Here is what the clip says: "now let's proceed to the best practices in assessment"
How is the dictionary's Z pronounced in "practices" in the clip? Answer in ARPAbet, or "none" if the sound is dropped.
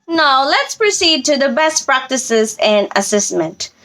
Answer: Z